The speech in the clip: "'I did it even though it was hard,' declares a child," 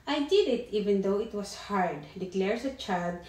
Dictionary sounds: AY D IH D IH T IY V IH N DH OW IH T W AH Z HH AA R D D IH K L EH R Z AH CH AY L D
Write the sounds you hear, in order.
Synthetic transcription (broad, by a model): AY D IH D IH T IY V IH N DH OW IH T W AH S HH AA R D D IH K L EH R S AH CH AY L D